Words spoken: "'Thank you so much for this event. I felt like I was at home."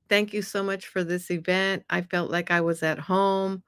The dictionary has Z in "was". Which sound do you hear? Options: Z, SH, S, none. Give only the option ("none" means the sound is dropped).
Z